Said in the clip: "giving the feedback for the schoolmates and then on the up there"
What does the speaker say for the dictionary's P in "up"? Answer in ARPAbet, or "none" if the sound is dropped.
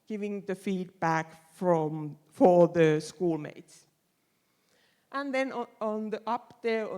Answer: P